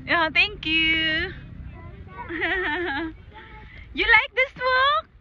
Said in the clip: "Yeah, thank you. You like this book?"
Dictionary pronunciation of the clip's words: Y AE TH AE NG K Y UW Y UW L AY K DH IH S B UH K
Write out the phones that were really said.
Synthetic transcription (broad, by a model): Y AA T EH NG K Y UW Y UW L AY K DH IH S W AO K